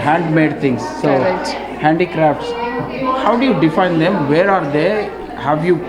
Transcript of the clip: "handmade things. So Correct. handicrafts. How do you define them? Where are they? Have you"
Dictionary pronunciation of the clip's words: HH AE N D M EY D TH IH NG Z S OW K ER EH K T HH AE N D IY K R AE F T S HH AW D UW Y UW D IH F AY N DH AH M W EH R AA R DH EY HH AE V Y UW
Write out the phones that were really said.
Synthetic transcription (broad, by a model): HH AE N D M EY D T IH NG S OW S HH AE N D IY K R AE F T S HH AW D UW Y UW D IH F AY N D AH M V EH R AA R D EY HH AE V Y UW